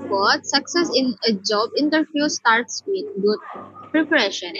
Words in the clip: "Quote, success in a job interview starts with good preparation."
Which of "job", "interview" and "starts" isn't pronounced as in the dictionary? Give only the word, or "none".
interview